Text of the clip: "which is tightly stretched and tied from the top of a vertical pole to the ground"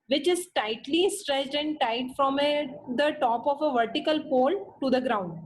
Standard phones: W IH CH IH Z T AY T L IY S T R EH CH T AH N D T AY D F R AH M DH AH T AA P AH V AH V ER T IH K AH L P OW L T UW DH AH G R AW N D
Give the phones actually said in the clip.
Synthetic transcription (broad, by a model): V IH CH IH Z T AY T L IY S T R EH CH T AH N D T AY D F R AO M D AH T AA P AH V AH V ER T IH K AH L P OW L T UW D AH G R AW N D